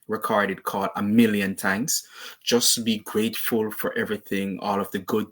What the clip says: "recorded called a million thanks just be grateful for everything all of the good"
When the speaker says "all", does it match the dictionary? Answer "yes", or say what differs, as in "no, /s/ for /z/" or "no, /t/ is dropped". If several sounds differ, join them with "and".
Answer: yes